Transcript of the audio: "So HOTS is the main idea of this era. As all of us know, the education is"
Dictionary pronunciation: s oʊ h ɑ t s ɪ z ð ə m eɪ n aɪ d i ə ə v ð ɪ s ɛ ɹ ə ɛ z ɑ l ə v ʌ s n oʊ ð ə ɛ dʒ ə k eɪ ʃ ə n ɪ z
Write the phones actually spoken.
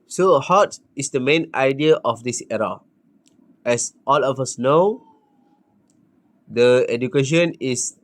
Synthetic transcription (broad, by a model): s oʊ h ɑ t ɪ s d ə m eɪ n aɪ d i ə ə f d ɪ s ɛ ɹ ə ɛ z ɑ l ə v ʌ s n oʊ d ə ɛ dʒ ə k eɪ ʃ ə n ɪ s